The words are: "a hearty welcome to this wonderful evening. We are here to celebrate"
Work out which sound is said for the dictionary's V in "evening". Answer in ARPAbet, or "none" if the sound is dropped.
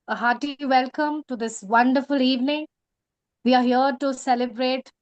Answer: V